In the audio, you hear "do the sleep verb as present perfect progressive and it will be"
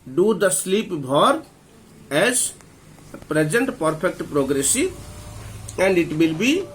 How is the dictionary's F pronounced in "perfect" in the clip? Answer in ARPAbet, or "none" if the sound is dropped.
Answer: P